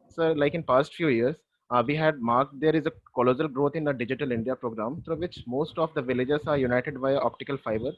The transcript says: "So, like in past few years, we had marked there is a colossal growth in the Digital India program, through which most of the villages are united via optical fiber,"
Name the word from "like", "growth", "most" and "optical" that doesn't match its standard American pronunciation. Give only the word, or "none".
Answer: growth